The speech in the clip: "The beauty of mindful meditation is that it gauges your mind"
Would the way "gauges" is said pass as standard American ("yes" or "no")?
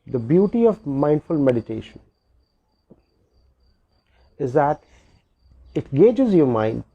yes